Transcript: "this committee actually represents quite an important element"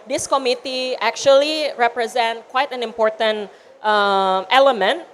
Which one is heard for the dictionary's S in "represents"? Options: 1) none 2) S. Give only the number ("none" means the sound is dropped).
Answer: 1